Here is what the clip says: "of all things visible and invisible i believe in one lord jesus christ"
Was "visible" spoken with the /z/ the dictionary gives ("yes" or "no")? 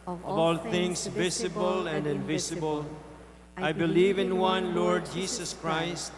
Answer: no